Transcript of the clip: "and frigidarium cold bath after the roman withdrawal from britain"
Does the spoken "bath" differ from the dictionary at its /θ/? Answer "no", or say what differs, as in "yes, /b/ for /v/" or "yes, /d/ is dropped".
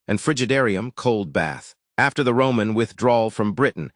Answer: no